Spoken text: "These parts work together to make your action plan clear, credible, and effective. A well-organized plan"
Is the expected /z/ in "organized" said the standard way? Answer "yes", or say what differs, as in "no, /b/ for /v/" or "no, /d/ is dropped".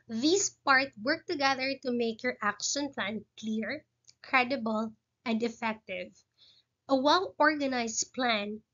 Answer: no, /s/ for /z/